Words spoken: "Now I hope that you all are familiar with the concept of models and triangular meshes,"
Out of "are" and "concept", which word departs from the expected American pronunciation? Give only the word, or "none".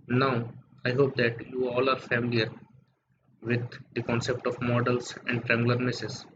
none